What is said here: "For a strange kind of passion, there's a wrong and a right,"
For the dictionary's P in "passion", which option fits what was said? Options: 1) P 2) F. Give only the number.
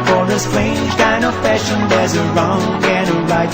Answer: 2